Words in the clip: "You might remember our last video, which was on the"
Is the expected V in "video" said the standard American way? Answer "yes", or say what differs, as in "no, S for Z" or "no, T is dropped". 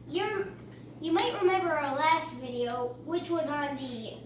yes